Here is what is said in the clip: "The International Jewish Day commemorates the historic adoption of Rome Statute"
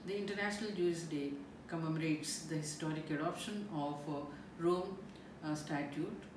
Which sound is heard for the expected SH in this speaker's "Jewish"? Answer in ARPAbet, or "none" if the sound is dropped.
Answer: S